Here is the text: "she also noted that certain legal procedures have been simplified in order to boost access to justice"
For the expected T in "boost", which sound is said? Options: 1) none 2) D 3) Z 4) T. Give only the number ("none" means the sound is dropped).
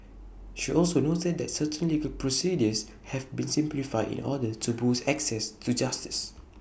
1